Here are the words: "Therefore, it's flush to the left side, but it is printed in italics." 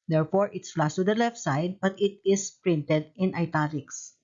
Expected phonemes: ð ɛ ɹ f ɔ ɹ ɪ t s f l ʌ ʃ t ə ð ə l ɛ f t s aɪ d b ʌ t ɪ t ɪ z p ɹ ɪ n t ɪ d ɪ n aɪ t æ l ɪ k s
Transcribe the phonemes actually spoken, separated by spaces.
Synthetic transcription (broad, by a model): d ɛ ɹ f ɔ ɹ ɪ t s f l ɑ s t ə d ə l ɛ f t s aɪ d b ʌ t ɪ t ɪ s p ɹ ɪ n t ɪ d ɪ n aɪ t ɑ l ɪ k s